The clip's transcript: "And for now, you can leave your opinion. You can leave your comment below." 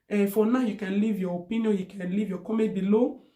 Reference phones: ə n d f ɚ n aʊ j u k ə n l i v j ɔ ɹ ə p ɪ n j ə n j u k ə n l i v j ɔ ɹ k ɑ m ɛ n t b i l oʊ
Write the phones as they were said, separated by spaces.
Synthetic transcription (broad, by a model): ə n f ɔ n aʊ j u k ə n l i v j ɔ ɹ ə p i n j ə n j u k ə n l i v j ɔ k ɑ m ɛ t b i l oʊ